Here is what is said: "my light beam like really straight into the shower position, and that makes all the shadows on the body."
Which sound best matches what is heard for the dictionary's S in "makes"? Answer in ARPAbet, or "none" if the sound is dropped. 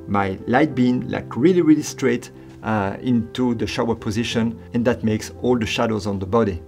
S